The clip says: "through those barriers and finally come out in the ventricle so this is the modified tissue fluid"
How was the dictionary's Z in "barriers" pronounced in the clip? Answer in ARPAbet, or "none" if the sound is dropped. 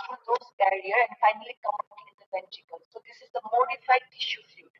none